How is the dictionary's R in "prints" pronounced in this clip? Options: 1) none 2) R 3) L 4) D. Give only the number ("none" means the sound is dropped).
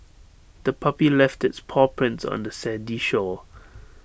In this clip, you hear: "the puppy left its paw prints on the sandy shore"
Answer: 2